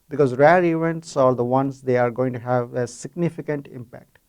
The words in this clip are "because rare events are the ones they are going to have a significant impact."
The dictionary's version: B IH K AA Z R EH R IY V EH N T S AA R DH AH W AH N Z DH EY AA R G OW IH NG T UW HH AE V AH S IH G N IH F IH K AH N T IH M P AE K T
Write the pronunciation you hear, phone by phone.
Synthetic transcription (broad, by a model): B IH K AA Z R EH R IY V EH N T S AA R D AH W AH N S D EY AA R G OW IH NG T UW HH AE V AH S IH G N IH F IH K AH N T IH M P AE K T